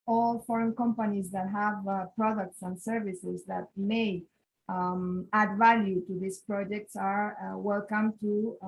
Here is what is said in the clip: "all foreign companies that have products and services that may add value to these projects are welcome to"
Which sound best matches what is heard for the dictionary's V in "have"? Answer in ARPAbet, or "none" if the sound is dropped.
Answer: V